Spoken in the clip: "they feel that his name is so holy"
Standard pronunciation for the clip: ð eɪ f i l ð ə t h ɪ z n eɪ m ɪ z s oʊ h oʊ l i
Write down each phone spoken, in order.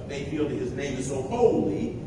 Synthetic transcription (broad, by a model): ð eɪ f i l ð ə t h ɪ z n eɪ m ɪ z s oʊ h oʊ l i